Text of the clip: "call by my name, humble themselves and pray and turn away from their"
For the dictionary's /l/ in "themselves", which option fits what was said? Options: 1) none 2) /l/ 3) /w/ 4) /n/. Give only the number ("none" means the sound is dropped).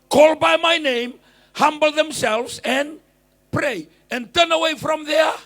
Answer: 2